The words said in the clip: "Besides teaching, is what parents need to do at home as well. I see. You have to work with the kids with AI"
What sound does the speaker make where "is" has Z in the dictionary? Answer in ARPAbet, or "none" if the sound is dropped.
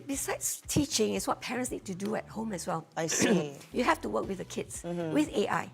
S